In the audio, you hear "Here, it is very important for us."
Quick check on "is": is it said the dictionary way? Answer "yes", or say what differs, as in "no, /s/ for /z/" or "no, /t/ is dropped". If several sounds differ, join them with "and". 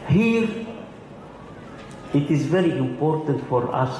yes